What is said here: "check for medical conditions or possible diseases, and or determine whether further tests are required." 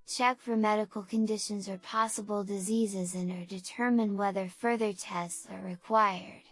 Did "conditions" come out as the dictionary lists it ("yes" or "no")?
yes